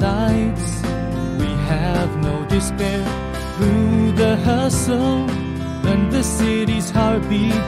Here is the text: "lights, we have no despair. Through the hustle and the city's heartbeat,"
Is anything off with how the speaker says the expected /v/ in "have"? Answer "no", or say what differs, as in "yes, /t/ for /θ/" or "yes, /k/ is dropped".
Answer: no